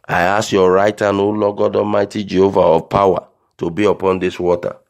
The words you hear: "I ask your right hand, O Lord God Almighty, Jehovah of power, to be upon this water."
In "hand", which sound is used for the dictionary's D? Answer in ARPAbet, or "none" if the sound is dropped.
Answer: none